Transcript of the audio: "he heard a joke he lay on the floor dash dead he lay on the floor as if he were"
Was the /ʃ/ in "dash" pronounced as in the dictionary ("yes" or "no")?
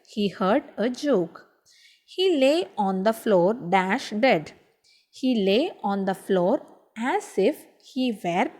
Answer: yes